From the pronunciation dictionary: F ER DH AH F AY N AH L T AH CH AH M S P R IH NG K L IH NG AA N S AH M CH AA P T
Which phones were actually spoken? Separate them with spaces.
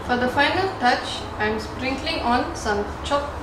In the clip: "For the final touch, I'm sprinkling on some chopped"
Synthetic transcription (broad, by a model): F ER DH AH F AY N AH L T AH CH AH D S P R IH NG K L IH NG AA N S AH M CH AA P